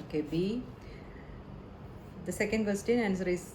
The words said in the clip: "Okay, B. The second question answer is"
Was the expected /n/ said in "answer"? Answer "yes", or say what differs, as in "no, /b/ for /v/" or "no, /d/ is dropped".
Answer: yes